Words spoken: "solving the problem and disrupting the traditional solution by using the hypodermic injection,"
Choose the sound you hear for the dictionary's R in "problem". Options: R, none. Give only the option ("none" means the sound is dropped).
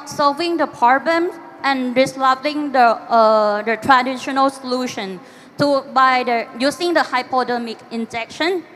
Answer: none